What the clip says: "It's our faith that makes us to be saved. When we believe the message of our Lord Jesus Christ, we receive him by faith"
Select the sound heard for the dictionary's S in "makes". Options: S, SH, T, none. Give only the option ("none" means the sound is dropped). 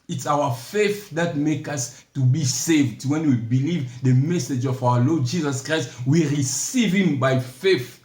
none